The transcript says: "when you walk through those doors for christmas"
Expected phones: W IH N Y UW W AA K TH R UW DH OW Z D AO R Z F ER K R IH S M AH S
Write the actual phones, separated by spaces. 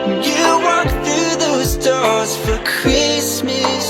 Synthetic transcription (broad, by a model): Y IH W AA K TH R UW DH OW Z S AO R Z F ER K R IH S M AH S